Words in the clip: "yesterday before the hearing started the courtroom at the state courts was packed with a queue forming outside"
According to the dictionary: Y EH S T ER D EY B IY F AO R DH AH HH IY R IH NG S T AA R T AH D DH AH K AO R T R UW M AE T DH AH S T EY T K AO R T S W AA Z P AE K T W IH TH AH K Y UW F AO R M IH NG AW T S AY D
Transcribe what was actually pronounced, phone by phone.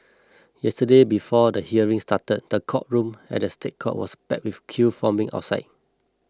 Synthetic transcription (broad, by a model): Y EH S T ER D EY B IY F AO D AH HH IY R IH NG S T AA T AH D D AH K AO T R UW M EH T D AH S T EY T K AO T W AA S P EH T W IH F K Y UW F AO M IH NG AW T S AY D